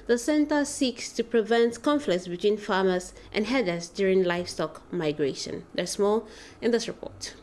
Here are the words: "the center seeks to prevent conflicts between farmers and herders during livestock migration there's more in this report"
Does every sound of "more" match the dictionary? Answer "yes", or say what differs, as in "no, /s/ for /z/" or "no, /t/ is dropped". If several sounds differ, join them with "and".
no, /l/ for /ɹ/